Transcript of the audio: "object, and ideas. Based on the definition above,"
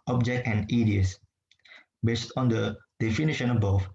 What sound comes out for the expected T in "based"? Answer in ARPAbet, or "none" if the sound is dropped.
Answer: T